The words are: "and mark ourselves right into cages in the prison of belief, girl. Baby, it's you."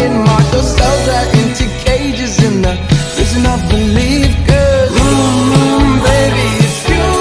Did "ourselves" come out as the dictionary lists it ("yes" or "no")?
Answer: no